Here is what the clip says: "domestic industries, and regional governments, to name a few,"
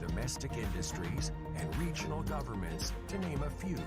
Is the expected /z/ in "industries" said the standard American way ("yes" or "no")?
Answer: yes